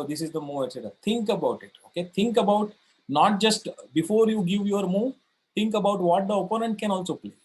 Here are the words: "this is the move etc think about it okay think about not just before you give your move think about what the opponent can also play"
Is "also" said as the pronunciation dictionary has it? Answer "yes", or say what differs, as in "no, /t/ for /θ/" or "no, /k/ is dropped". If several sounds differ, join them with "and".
yes